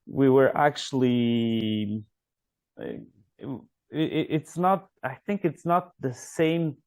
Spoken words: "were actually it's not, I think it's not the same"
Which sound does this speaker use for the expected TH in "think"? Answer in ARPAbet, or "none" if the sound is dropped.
TH